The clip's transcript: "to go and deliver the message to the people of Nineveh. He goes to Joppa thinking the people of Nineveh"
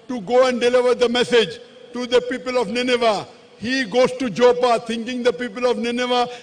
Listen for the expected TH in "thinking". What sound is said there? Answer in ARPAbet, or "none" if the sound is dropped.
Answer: T